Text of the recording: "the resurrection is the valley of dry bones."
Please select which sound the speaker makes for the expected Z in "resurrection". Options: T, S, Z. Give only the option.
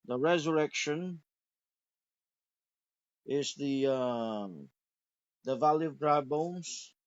Z